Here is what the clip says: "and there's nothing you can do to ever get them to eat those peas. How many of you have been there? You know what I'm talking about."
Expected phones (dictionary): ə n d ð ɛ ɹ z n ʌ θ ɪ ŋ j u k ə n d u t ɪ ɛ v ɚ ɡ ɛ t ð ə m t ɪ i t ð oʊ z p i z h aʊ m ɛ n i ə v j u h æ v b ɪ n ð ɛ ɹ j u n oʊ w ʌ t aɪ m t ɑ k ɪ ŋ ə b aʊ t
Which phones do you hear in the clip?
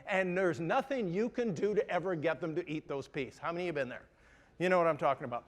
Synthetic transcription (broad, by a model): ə n ð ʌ ɹ z n ʌ θ ɪ ŋ j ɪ k ə n d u t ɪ ɛ v ɚ ɡ ɛ t ð ə m t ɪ i t ð oʊ z p i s h aʊ m ɛ n i j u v b ɪ n ð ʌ ɹ j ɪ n oʊ w ʌ t aɪ m t ɑ k ɪ ŋ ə b aʊ t